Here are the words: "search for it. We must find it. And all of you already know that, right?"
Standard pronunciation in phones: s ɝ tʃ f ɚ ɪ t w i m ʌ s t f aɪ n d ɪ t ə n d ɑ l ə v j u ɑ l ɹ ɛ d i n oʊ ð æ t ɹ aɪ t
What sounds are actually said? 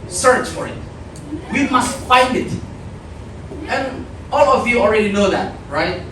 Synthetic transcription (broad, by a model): s ɝ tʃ f ɚ ɪ t w i m ʌ s t f aɪ n d ɪ t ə n ɑ l ə v j u ɑ l ɹ ɛ d i n oʊ ð æ t ɹ aɪ t